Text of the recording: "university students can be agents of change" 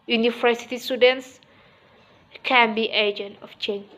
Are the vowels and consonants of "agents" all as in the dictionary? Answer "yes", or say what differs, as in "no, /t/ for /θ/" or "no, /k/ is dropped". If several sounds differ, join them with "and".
no, /s/ is dropped